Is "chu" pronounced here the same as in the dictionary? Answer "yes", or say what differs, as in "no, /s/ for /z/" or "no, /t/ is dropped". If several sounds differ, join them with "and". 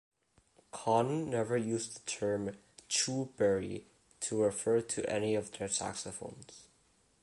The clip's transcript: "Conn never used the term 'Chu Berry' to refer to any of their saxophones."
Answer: yes